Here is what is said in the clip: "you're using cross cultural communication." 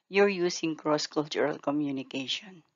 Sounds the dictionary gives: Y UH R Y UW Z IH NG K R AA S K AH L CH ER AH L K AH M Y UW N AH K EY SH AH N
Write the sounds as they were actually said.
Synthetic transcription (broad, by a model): Y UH R Y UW S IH NG K R AA S K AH L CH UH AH L K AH M Y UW N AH K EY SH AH N